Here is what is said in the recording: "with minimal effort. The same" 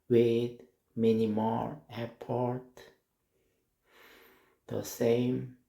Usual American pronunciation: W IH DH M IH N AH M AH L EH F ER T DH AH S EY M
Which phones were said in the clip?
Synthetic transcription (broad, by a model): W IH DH M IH N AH M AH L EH P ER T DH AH S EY M